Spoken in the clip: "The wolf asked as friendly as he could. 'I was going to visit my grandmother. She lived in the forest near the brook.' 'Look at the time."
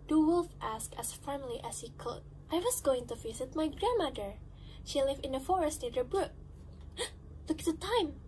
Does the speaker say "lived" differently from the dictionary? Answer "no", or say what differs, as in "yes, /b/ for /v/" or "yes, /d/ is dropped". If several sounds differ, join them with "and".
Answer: yes, /d/ is dropped